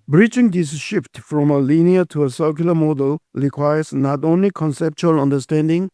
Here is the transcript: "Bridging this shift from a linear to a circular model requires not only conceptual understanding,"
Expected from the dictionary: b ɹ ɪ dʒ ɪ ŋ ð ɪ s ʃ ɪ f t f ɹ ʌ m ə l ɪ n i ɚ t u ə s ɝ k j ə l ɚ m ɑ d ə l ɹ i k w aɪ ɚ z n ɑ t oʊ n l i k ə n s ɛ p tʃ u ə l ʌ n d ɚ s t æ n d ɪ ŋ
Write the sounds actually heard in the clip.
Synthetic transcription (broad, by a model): b ɹ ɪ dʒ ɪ ŋ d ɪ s ʃ ɪ f t f ɹ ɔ m ə l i n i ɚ t u ə s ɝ k j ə l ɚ m ɑ d ə l ɹ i k w aɪ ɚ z n ɑ t oʊ n l i k ə n s ɛ p tʃ u ə l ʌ n d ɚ s t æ n d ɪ ŋ